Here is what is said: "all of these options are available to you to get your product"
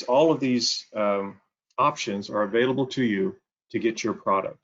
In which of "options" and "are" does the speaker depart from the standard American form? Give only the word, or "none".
none